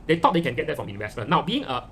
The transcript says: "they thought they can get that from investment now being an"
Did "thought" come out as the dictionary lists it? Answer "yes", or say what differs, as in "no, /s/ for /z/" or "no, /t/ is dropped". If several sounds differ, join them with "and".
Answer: no, /t/ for /θ/